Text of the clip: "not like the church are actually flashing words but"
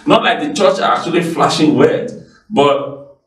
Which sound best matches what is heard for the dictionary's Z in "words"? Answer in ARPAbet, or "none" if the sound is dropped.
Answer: none